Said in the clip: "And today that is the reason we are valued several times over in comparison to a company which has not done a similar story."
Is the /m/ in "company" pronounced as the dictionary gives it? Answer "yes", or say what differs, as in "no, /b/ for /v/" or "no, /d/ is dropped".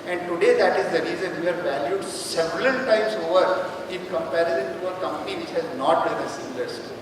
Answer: yes